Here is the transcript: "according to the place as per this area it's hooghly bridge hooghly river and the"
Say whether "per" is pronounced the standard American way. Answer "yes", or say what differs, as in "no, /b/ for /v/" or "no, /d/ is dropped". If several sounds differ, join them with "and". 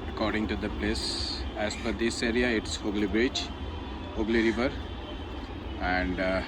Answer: no, /f/ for /p/